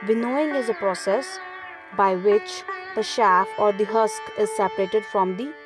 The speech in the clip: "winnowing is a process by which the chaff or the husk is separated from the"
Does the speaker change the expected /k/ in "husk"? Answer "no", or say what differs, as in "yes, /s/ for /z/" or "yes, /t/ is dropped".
no